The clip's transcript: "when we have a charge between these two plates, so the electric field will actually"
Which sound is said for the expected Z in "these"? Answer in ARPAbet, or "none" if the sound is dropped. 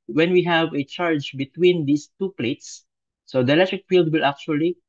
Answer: S